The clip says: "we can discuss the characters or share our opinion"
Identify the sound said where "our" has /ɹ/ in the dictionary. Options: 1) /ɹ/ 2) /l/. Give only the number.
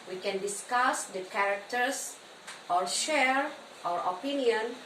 1